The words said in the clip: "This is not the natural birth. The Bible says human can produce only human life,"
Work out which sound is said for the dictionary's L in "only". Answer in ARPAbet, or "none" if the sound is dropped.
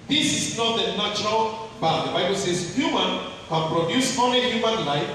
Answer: none